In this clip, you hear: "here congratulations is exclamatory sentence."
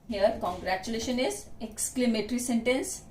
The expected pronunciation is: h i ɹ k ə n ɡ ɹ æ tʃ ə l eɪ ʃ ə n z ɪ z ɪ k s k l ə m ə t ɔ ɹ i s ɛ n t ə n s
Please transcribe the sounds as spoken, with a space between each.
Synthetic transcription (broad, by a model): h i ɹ k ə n ɡ ɹ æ tʃ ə l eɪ ʃ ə n ɪ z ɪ k s k l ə m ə t ɹ i s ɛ n t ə n s